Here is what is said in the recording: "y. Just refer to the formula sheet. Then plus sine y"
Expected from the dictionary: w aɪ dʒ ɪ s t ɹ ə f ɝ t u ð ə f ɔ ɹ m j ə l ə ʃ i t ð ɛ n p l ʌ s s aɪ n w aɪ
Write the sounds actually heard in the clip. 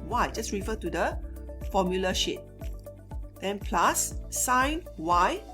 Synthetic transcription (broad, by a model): w aɪ dʒ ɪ s ɹ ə f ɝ t u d ə f ɔ m j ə l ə ʃ i t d ɛ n p l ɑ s s aɪ n w aɪ